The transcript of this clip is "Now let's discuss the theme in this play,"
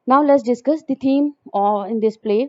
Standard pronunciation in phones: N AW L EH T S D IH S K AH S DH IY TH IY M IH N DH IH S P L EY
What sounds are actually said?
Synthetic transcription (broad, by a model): N AW L EH T S D IH S K AH S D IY T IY M IH N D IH S P L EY